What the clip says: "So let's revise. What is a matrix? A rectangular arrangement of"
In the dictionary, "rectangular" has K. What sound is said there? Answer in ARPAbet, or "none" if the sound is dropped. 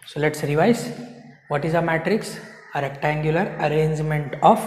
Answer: K